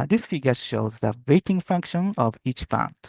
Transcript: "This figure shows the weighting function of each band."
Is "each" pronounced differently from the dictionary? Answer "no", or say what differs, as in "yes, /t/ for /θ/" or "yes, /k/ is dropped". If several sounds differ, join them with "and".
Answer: no